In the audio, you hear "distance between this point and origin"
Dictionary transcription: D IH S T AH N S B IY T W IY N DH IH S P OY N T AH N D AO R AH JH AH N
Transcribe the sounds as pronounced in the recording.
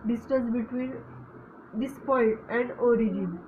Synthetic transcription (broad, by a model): D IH S T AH N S B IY T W IY N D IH S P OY T AH N D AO R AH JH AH N